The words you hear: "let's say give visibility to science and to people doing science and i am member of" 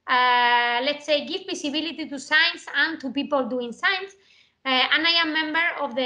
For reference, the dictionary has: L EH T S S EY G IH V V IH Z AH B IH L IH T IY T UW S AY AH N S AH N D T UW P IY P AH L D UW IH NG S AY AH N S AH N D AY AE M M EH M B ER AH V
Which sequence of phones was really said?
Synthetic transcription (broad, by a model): L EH T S S EY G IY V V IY S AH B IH L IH T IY T UW S AY N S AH N T UW P IY P AH L D UW IH NG S AY N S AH N AY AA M M EH M B ER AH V